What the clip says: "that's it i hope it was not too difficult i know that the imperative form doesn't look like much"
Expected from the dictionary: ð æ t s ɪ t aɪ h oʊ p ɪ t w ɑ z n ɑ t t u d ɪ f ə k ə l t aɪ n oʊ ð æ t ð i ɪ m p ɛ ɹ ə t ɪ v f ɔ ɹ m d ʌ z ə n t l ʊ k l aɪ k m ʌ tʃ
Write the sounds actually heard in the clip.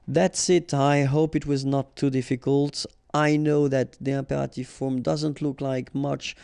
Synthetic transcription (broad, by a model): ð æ t s ɪ t aɪ h oʊ p ɪ t w ɑ z n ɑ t t u d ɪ f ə k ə l t aɪ n oʊ ð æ t ð i ɪ m p ɛ ɹ ə t ɪ v f ɔ ɹ m d ʌ z ə n t l ʊ k l aɪ k m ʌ tʃ